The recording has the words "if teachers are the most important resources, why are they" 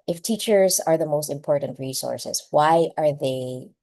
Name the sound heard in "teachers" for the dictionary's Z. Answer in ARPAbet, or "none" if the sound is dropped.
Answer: Z